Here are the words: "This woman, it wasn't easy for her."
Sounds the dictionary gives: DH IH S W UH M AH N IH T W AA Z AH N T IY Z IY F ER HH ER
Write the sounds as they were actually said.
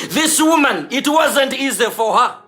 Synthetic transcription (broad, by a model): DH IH S W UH M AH N IH T W AA Z AH N T IY Z IY F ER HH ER